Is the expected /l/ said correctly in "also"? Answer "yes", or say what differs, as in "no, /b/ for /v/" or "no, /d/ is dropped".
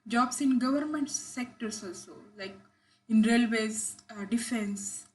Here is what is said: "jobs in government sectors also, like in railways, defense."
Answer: yes